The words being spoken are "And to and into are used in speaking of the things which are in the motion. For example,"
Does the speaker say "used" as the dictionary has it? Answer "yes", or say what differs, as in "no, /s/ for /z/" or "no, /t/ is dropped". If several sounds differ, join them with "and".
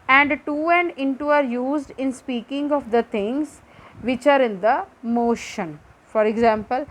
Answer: yes